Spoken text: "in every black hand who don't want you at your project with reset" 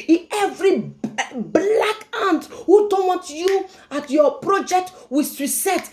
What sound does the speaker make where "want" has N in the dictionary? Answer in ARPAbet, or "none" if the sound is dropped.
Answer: none